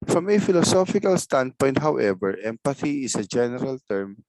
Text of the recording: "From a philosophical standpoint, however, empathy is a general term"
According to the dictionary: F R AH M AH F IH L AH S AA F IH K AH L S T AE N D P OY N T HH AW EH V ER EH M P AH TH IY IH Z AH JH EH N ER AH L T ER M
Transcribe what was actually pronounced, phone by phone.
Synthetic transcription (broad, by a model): F R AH M AH F IH L AH S AA F IH K AH L S T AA N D P OY N T HH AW EH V ER EH M P AH TH IY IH S AH JH EH N ER AH L T ER M